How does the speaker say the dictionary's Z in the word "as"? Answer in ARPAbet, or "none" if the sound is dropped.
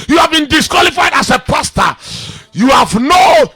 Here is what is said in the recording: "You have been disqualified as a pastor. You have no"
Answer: S